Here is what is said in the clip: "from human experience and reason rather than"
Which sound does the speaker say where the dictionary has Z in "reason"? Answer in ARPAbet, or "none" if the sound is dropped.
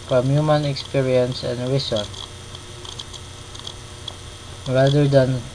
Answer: S